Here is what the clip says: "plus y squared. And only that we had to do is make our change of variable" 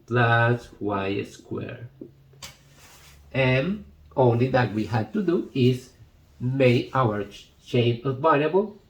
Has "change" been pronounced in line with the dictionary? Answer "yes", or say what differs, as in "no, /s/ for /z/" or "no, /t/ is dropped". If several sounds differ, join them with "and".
no, /dʒ/ is dropped